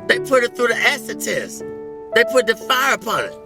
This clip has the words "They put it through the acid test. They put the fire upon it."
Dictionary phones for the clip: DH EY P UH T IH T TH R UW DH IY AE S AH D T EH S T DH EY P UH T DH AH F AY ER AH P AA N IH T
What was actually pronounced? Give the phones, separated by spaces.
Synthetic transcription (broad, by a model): DH EY P UH T IH T TH R UW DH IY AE S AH T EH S DH EY P UH T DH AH F AY ER AH P AA N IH T